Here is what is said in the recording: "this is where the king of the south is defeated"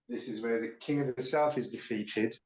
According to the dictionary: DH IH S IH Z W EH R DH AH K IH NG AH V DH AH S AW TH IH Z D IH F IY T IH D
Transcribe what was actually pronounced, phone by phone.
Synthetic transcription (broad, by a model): DH IH S IH Z W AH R DH AH K IH NG AH V DH AH S AW TH IH Z D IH F IY T IH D